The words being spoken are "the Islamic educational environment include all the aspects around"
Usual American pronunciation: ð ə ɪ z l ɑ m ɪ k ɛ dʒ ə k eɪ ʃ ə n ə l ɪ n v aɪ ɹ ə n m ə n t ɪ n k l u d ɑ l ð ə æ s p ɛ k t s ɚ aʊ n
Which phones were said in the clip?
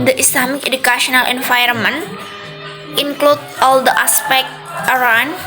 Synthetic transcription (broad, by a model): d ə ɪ s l ɑ m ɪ k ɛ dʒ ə k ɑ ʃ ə n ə l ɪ n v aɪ ə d m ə n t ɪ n k l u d ɑ l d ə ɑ s p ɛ k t ɚ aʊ n